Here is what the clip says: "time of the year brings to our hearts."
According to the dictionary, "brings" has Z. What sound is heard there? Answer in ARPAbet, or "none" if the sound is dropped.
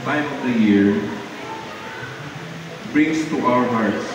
S